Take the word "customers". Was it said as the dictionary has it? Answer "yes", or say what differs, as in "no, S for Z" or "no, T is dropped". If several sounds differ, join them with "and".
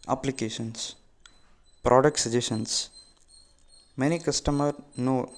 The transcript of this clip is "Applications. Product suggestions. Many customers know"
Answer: no, Z is dropped